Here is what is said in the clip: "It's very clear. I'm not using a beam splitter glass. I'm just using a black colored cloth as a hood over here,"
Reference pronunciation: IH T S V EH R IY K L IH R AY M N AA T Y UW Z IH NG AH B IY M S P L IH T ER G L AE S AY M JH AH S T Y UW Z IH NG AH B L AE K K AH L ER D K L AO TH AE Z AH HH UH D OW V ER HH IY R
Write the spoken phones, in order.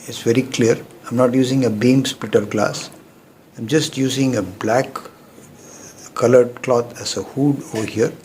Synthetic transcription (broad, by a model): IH T S V EH R IY K L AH R AY M N AA T Y UW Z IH NG AH B IY M S P L IH T ER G L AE S AY M JH AH S T Y UW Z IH NG AH B L AE K K AH L ER D K L AO T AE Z AH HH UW D OW V ER HH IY R